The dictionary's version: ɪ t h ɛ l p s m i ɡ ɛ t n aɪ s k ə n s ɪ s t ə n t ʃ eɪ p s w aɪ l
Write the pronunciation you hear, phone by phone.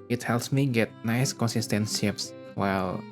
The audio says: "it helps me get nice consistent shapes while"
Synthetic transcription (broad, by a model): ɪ t h ɛ l p s m i ɡ ɛ t n aɪ s k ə n s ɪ s t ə n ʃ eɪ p s w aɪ l